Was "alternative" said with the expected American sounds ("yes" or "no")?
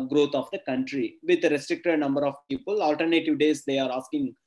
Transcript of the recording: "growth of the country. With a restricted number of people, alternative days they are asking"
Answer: yes